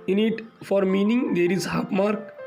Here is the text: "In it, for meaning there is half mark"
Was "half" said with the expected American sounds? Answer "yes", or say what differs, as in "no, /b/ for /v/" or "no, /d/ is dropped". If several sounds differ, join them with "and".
no, /p/ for /f/